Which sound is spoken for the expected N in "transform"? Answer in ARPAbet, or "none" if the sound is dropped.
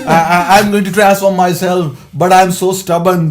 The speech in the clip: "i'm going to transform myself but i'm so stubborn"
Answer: none